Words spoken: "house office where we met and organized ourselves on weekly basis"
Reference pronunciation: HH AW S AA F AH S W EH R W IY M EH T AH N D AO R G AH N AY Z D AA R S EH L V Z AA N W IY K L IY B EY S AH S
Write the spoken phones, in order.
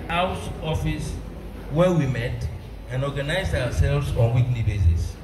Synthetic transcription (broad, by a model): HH AW S AA F AH S W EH W IY M EH T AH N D AO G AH N AY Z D AA W S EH L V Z AA N W IY K L IY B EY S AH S